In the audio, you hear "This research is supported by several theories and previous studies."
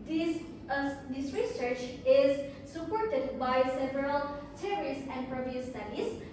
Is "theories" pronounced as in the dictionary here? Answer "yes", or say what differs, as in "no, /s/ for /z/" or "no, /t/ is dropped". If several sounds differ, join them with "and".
no, /s/ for /θ/